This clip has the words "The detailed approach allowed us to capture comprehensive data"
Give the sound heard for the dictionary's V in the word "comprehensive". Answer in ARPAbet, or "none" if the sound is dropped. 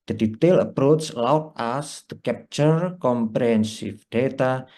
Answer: F